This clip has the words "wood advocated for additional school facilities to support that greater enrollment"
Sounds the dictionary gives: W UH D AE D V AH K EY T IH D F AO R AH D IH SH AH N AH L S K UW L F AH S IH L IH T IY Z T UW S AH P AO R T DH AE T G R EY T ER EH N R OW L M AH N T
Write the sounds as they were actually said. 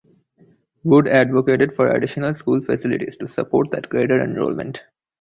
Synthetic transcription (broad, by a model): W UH D AE D V AH K EY T IH D F AO R AH D IH SH AH N AH L S K UW L F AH S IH L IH T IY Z T UW S AH P AO R T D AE T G R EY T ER EH N R OW L M AH N T